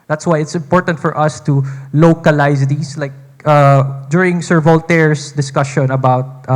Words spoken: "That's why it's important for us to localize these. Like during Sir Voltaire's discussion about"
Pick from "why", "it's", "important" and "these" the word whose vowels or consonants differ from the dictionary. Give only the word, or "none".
these